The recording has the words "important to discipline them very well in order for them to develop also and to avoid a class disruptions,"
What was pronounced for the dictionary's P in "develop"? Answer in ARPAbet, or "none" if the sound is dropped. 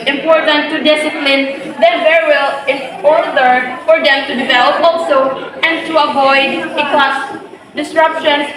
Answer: P